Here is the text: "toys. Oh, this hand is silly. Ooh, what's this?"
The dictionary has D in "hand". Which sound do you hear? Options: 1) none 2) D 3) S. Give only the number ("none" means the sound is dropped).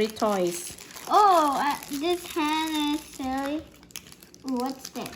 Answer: 1